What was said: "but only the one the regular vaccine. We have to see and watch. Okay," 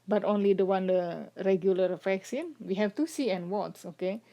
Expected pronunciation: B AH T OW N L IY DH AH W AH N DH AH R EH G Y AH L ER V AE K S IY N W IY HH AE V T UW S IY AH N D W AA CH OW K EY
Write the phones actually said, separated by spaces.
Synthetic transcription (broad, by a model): B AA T OW N L IY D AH W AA N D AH R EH G Y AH L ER F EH K S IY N W IY HH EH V T UW S IY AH N W AA S OW K EY